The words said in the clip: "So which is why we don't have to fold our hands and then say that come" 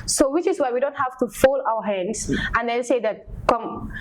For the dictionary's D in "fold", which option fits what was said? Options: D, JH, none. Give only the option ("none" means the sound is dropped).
none